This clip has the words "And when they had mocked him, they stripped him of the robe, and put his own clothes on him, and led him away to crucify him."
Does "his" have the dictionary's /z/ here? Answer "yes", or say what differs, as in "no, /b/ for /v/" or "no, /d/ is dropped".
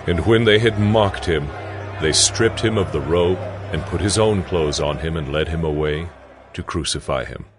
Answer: yes